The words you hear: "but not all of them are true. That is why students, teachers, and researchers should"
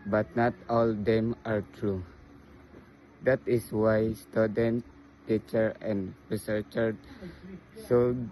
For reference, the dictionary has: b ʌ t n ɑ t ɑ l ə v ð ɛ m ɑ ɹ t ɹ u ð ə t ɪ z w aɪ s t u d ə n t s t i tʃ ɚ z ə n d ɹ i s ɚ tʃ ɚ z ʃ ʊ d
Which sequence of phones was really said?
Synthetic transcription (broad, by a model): b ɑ t n ɑ t ɑ l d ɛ m ɑ ɹ t ɹ u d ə t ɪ s w aɪ s t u d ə n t t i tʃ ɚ ə n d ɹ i s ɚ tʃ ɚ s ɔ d